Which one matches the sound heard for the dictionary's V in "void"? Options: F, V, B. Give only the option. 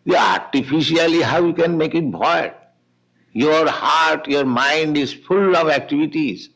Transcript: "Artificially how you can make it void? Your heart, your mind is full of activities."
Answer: B